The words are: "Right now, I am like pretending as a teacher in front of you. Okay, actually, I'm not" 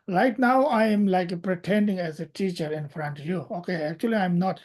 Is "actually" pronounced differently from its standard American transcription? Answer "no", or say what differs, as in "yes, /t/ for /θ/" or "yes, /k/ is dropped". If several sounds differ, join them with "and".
no